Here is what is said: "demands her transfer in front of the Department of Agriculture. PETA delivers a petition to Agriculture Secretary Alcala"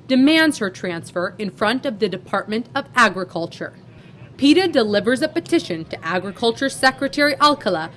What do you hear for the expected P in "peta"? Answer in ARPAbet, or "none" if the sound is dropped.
P